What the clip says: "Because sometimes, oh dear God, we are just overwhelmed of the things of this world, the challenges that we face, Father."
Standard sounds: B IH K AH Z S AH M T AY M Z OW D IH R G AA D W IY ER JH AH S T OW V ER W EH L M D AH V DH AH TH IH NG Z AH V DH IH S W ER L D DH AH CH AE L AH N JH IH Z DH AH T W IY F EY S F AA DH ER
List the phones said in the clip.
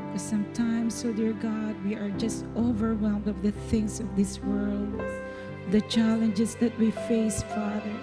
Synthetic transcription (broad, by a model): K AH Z S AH M T AY M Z OW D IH R G AA D W IY ER JH AH S T OW V ER W EH L M D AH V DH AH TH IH NG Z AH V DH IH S W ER L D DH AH CH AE L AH N JH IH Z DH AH T W IY F EY S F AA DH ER